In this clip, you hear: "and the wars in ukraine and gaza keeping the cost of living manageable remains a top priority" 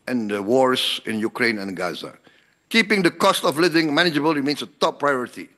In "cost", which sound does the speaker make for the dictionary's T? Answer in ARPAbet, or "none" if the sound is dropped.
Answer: T